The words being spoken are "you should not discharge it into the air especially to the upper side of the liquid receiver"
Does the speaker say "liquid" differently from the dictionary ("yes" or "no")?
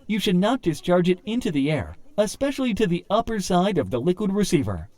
no